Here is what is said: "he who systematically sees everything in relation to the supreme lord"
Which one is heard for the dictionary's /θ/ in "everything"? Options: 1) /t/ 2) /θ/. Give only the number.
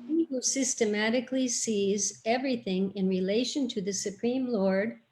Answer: 2